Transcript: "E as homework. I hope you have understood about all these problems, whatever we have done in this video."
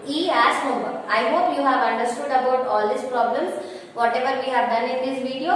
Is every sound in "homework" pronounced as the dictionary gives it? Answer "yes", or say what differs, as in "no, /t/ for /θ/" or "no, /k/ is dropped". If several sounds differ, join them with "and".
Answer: no, /k/ is dropped